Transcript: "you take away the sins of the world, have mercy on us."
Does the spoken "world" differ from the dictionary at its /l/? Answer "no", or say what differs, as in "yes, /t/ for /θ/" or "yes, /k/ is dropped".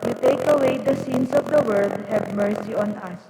yes, /l/ is dropped